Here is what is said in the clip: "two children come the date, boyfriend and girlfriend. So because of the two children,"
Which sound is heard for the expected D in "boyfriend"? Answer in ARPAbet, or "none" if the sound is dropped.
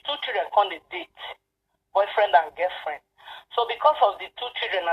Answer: D